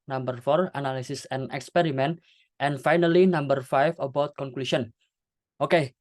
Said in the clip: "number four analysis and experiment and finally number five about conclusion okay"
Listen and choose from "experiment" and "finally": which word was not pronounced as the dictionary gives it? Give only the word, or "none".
none